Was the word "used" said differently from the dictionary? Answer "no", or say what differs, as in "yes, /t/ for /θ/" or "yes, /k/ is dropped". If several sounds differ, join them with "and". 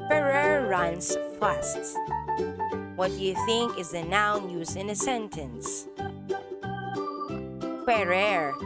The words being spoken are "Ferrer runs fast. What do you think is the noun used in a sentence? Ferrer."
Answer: yes, /d/ is dropped